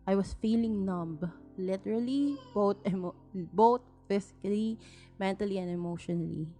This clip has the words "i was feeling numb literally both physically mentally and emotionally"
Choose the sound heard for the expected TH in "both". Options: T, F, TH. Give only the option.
T